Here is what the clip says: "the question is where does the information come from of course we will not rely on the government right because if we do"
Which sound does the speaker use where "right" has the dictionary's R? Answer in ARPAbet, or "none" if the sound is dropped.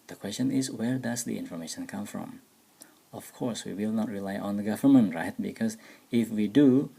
R